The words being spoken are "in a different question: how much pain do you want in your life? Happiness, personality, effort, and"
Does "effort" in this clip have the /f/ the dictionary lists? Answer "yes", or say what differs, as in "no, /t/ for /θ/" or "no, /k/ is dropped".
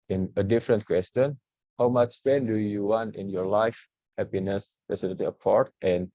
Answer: no, /p/ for /f/